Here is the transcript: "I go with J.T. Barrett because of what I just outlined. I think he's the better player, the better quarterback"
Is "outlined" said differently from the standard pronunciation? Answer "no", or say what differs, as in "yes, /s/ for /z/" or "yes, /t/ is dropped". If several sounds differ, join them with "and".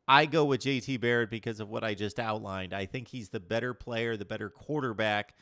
no